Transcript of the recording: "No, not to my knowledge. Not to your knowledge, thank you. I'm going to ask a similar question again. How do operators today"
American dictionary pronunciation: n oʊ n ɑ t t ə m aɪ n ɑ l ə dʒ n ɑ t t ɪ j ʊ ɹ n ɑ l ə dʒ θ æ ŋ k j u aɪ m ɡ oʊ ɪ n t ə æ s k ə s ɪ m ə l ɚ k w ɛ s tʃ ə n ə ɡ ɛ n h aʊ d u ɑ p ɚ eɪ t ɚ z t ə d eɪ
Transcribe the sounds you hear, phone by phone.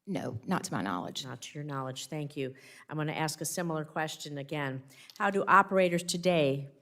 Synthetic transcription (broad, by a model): n oʊ n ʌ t t ə m aɪ n ɑ l ə dʒ n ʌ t t ɪ j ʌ ɹ n ɑ l ə dʒ θ æ ŋ k j u aɪ m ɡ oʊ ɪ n t æ s k ə s ɪ m l ɚ k w ɛ s tʃ ə n ə ɡ ɛ n h aʊ d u ɑ p ɚ eɪ t ɚ z t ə d eɪ